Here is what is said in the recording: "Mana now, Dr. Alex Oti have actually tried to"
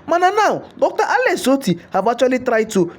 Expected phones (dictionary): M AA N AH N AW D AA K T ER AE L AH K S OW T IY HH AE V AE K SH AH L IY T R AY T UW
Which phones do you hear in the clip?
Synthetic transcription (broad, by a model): M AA N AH N AW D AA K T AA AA L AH S OW T IY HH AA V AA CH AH L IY T R AY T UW